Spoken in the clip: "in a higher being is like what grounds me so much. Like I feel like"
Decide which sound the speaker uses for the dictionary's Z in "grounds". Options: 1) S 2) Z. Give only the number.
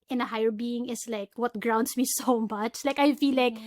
1